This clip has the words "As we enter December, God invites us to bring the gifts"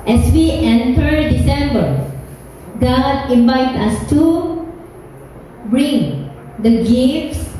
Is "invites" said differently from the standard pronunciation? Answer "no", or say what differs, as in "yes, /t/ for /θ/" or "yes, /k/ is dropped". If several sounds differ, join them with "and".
yes, /s/ is dropped